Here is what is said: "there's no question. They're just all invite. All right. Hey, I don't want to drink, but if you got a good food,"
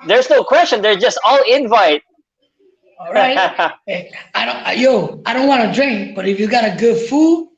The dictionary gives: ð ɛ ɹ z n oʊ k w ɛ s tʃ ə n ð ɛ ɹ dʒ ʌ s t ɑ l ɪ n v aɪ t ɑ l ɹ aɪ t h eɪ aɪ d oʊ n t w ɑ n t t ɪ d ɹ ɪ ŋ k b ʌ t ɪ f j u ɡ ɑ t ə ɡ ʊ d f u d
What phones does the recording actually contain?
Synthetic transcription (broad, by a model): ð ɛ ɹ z n oʊ k w ɛ s tʃ ə n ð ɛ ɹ dʒ ʌ s t ɑ l ɪ n v aɪ t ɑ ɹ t aɪ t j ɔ aɪ d oʊ n t w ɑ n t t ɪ d ɹ ɪ ŋ k b ʌ t ɪ f j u ɡ ɑ t ə ɡ ʊ d f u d